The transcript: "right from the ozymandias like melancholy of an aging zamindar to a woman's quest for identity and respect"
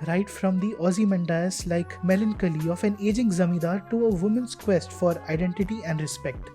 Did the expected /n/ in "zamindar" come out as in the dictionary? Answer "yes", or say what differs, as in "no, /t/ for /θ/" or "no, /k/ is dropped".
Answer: no, /n/ is dropped